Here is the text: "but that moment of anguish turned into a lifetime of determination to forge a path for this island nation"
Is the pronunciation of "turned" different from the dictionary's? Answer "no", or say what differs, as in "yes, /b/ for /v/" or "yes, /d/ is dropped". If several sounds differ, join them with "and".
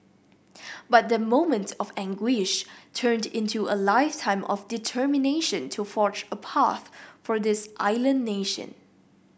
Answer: no